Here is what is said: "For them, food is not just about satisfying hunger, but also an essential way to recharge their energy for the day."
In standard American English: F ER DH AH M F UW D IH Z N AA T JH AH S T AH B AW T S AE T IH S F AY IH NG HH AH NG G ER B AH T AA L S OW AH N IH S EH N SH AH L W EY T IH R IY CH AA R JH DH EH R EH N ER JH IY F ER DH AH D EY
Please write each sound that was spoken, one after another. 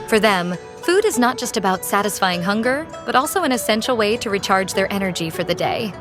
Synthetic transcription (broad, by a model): F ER DH AH M F UW D IH Z N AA T JH AH S T AH B AW T S AE T IH S F AY IH NG HH AH NG G ER B AH T AA L S OW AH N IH S EH N SH L W EY T IH R IY CH AA R JH DH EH R EH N ER JH IY F ER DH AH D EY